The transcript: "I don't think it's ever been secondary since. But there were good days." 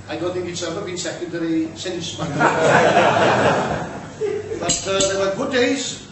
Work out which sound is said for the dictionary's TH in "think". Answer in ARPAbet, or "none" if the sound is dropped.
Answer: TH